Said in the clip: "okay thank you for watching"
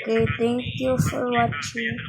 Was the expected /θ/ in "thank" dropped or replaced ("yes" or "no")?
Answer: yes